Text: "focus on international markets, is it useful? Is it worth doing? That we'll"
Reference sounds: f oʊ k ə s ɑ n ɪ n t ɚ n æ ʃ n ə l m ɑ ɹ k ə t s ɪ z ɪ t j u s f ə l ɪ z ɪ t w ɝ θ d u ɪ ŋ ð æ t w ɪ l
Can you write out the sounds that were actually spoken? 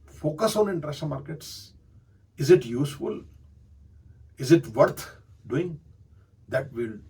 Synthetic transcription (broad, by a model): f oʊ k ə s ɑ n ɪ n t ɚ æ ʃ ə n m ɑ ɹ k ə t s ɪ z ɪ t j u s f ə l ɪ z ɪ t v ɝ t d u ɪ ŋ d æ t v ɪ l